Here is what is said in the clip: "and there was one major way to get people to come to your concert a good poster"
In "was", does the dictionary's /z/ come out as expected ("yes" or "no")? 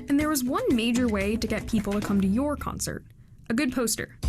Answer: yes